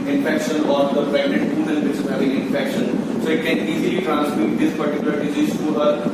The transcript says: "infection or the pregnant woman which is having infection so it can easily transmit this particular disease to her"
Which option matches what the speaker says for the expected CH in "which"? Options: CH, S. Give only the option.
S